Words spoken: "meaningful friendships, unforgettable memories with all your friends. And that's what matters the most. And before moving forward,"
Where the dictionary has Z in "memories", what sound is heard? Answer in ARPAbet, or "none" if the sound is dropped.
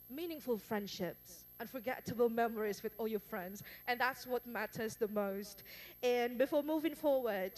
Z